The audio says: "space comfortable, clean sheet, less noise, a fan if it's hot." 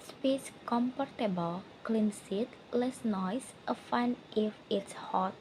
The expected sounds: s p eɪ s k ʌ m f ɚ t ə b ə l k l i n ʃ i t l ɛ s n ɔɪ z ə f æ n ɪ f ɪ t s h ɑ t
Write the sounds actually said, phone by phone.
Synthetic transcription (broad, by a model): s p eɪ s k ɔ m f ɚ t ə b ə l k l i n s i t l ɛ s n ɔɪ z ə f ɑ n ɪ f ɪ t s h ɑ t